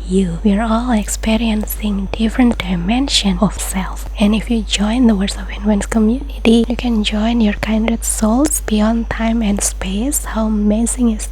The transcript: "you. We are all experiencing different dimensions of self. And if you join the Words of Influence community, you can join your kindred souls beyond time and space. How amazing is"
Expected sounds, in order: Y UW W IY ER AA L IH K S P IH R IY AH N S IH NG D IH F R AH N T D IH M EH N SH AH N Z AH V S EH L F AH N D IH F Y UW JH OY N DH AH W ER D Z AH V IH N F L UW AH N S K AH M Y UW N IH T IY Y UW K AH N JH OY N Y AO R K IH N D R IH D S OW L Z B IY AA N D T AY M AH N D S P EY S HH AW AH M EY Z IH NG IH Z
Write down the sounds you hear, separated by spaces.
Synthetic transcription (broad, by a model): Y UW W IY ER AA L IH K S P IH R IY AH N S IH NG D IH F R AH N T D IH M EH N SH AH N AH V S EH L F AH N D IH F Y UW JH OY N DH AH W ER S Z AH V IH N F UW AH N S K AH M Y UW N IH T IY Y UW K AH N JH OY N Y AO R K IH N D IH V S OW L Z B IY AA N D T AY M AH N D S P EY S HH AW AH M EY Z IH NG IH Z